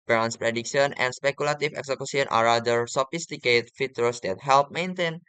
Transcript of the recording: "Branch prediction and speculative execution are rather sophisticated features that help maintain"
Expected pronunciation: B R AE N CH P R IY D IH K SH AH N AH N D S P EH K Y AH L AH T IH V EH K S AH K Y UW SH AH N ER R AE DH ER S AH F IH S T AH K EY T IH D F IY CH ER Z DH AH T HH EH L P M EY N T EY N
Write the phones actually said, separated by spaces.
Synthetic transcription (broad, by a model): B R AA N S P R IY D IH K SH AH N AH N S P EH K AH L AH T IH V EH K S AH K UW S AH N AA R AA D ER S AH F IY S T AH K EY T F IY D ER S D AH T HH EH L P M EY N T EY N